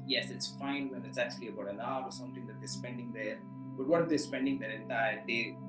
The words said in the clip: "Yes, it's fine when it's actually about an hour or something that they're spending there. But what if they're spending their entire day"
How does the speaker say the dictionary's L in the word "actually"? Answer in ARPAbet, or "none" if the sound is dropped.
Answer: L